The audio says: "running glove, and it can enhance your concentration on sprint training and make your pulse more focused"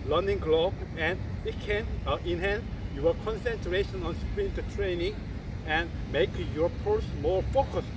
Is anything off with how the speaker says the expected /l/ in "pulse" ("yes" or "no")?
yes